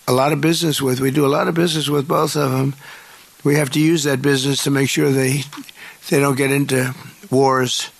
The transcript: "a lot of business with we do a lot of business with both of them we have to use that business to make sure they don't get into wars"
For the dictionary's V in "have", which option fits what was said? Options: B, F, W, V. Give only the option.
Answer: F